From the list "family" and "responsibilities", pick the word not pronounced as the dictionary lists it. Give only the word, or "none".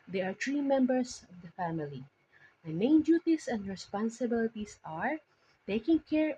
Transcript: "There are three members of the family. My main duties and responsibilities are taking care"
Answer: responsibilities